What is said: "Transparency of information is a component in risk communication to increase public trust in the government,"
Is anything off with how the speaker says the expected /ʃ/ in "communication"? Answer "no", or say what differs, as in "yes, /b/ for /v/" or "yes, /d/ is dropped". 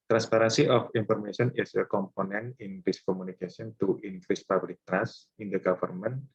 yes, /s/ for /ʃ/